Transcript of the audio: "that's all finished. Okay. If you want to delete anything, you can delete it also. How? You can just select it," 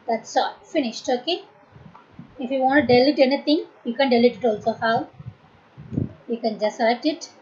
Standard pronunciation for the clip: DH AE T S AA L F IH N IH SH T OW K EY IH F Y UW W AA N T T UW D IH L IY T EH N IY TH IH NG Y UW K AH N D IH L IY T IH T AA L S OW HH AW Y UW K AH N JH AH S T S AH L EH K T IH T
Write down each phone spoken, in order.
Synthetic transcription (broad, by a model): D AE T S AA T F IH N IH SH T OW K EY IH F Y UW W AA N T T UW D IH L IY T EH N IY T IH NG Y UW K AH N D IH L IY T IH T AA L S OW HH AW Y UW K AH N JH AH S S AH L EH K T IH T